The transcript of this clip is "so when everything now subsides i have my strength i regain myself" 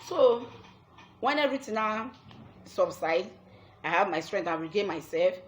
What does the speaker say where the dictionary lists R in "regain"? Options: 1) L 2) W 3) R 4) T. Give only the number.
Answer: 2